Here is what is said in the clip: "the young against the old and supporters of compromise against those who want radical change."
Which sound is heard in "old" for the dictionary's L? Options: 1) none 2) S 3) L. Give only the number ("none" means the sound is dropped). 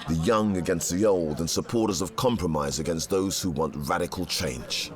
3